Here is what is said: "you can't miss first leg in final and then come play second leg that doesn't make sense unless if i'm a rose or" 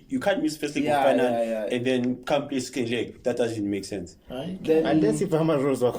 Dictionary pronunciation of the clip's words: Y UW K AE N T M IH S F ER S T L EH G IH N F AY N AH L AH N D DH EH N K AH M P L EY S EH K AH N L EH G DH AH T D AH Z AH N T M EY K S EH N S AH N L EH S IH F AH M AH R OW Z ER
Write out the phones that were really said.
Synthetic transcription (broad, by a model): Y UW K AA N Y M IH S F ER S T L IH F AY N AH N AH N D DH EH N K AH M P L EY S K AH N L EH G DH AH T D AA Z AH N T M EY K S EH N S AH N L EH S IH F AH M AH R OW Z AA